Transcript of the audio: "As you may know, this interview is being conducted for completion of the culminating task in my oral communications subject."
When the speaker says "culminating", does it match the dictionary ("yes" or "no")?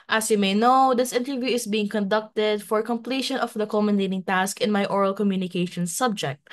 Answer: no